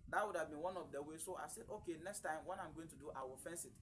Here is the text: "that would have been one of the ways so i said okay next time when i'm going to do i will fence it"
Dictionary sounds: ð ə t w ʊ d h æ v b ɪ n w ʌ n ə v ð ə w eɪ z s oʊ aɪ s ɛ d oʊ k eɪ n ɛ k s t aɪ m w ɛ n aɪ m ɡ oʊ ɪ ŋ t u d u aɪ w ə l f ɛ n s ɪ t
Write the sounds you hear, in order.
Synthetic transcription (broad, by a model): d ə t w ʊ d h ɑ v b ɪ n w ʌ n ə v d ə w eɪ s oʊ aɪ s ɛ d oʊ k eɪ n ɛ k s t aɪ m w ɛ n aɪ m ɡ oʊ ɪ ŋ t u d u aɪ w ə l f ɛ n s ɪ t